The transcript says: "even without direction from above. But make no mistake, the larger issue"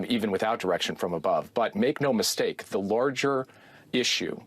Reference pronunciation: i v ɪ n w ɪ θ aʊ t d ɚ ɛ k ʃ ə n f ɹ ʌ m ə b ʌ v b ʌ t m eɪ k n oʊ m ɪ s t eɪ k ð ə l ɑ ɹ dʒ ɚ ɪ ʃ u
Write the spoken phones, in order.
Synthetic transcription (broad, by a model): i v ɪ n w ɪ θ aʊ t d ɚ ɛ k ʃ ə n f ɹ ʌ m ə b ʌ v b ʌ t m eɪ k n oʊ m ɪ s t eɪ k ð ə l ɑ ɹ dʒ ɚ ɪ ʃ u